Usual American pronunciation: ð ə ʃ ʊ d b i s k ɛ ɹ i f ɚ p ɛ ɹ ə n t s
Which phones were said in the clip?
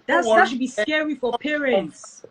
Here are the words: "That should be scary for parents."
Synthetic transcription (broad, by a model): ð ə s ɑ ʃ b i s k ɛ ɹ i f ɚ p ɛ ɹ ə n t s